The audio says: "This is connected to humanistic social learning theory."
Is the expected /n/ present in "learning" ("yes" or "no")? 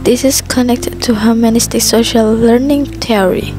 yes